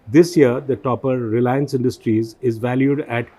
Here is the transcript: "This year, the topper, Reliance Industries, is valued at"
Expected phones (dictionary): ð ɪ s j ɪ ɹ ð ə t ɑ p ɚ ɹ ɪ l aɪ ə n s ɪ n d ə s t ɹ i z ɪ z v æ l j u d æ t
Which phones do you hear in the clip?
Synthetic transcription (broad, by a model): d ɪ s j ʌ ɹ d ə t ɑ p ɚ ɹ ɪ l aɪ ə n s ɪ n d ə s t ɹ i z ɪ z v æ l j u d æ t